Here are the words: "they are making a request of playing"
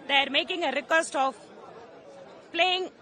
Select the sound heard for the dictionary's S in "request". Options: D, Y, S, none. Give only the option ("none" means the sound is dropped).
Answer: S